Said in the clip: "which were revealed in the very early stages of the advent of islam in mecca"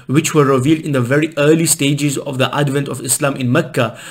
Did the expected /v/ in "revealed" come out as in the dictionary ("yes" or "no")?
yes